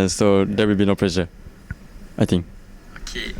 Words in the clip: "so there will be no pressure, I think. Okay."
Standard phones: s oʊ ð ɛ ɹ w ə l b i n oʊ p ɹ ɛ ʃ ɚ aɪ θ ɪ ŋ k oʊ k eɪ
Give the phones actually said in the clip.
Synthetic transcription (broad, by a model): s oʊ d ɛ w ə l b i n oʊ p l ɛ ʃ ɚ aɪ t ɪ ŋ k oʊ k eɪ